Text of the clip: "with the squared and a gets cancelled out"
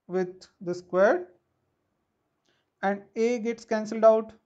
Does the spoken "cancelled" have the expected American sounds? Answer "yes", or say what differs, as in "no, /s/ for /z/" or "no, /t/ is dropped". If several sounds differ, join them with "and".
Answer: yes